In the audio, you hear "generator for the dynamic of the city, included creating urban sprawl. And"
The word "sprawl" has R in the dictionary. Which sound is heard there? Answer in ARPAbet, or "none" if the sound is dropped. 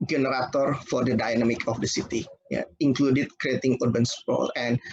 none